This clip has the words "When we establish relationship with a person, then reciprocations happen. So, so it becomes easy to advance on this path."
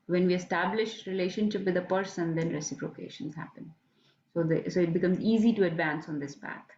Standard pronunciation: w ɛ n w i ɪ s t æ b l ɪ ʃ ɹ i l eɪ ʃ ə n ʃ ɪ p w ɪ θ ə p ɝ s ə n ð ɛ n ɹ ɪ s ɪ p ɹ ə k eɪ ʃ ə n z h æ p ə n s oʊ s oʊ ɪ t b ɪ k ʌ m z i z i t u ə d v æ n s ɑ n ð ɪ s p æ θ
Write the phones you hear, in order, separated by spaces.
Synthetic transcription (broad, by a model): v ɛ n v i ɪ s t æ b l ɪ ʃ ɹ i l eɪ ʃ ə n ʃ ɪ p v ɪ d ə p ɝ s ə n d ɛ n ɹ ɪ s ɪ p ɹ ə k eɪ ʃ ə n z h æ p ə n s oʊ s oʊ ɪ t b ɪ k ʌ m z i z i t u ə d v æ n s ɑ n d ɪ s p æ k